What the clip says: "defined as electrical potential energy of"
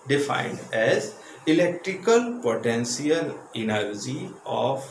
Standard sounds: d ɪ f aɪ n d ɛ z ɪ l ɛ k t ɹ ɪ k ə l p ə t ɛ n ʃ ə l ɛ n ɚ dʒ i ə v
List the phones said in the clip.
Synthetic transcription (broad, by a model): d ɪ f aɪ n d ɛ z ɪ l ɛ k t ɹ ɪ k ə l p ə t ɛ n s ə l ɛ n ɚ dʒ i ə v